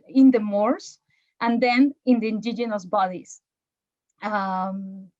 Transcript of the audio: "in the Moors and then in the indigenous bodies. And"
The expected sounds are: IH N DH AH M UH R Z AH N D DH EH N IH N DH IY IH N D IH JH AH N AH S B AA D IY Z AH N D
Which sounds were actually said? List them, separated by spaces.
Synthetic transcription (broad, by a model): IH N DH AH M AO R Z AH N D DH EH N IH N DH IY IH N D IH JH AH N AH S B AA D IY S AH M